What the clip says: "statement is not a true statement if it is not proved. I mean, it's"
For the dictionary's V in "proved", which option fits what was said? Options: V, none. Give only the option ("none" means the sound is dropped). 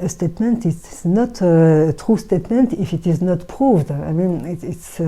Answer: V